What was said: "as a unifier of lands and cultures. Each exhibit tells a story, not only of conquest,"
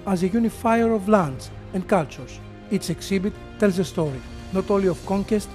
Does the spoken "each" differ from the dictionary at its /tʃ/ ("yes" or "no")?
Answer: yes